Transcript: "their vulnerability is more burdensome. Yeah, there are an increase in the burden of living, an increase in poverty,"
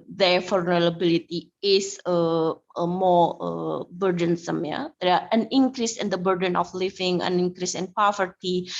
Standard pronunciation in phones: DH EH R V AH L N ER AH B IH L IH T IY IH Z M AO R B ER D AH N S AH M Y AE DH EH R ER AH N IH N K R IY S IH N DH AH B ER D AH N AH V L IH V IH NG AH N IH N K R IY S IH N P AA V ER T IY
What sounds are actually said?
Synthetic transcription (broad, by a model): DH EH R F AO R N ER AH B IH L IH T IY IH S M AO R B ER D AH N S AH M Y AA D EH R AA AH N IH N K R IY S IH N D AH B ER D AH N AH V L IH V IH NG AH N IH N K R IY S IH N P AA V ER T IY